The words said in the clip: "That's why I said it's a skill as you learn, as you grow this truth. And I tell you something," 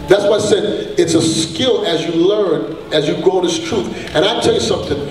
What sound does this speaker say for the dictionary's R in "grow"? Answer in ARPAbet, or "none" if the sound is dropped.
none